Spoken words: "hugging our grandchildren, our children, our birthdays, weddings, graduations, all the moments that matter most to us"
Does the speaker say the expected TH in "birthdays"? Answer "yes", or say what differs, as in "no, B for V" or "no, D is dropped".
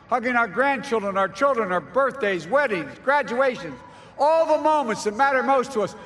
yes